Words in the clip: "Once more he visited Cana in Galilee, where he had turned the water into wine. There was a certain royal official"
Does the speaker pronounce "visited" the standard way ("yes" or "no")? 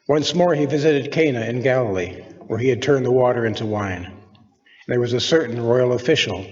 yes